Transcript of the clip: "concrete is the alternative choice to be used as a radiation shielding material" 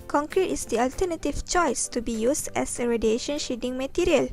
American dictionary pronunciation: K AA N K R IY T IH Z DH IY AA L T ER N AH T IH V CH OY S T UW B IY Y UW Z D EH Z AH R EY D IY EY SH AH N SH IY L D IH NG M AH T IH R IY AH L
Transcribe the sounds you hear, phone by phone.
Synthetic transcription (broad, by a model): K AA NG K R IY T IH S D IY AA L T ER N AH T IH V CH OY S T UW B IY Y UW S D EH S AH R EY D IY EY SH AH N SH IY D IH NG M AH T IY R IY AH L